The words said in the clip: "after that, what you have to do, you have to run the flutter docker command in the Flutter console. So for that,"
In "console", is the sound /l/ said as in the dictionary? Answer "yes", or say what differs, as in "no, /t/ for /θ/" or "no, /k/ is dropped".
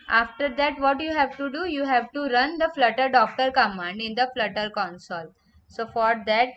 yes